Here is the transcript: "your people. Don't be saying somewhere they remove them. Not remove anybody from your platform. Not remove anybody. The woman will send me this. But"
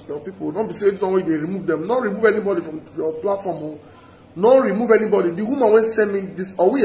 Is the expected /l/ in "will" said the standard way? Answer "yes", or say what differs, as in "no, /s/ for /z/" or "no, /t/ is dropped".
no, /n/ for /l/